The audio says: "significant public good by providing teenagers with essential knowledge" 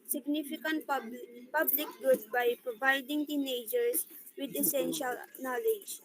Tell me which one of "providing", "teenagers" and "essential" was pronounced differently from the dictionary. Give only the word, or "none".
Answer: teenagers